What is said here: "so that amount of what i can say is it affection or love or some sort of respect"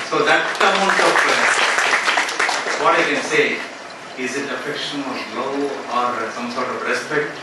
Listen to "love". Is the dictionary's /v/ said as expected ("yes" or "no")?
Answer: no